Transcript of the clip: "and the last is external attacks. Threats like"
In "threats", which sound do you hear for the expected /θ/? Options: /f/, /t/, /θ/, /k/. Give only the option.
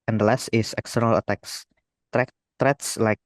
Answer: /t/